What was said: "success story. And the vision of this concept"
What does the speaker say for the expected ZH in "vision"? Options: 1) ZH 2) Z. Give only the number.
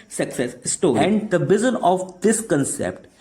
2